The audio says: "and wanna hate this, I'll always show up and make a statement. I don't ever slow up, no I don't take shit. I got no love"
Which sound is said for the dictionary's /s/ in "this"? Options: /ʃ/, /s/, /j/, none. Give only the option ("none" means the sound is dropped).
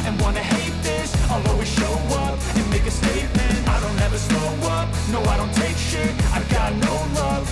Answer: /s/